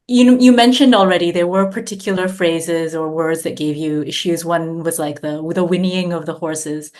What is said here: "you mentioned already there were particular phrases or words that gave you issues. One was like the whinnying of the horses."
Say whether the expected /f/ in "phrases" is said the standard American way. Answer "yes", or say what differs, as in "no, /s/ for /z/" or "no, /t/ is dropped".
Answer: yes